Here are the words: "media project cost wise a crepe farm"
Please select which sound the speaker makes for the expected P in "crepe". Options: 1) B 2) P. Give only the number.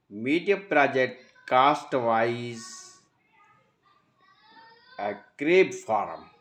1